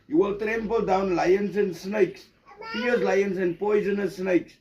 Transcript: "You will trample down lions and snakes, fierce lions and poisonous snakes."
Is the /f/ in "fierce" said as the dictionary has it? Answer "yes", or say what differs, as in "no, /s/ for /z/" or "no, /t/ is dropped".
no, /p/ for /f/